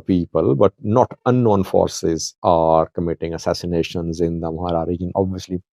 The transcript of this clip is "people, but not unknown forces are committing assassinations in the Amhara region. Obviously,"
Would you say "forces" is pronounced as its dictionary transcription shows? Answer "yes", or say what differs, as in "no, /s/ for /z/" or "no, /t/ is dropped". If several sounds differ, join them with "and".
yes